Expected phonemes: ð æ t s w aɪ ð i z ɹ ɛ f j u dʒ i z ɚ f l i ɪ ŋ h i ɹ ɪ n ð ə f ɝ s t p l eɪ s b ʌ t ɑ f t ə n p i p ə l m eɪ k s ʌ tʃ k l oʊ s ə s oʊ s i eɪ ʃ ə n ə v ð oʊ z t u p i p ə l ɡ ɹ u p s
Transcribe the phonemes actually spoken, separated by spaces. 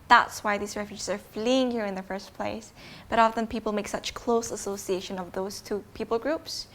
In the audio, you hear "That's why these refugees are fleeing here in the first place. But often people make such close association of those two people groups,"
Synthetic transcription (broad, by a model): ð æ t s w aɪ ð i z ɹ ɛ f j u dʒ i z ɚ f l i ɪ ŋ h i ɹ ɪ n ð ə f ɝ s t p l eɪ s b ʌ t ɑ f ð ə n p i p l m eɪ k s ʌ tʃ k l oʊ s ə s oʊ s i eɪ ʃ ə n ə v ð oʊ z t u p i p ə l ɡ ɹ u p s